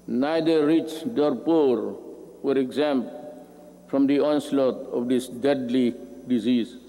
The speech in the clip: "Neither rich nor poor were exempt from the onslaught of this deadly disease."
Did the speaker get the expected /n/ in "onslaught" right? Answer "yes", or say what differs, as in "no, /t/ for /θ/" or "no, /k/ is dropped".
yes